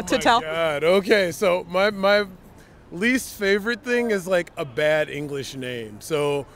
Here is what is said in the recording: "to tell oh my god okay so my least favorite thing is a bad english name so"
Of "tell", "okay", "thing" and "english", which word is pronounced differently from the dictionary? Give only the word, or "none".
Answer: none